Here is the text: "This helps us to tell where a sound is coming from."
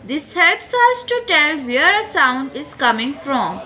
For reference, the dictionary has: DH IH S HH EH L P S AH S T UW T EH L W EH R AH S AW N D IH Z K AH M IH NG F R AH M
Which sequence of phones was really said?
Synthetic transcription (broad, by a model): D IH S HH EH L P S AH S T UW T EH L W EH R AH S AW N D IH Z K AH M IH NG F R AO M